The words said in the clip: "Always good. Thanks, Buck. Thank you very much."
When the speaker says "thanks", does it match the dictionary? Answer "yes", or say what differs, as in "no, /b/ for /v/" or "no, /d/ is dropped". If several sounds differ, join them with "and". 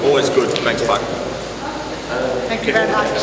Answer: no, /ŋ/ is dropped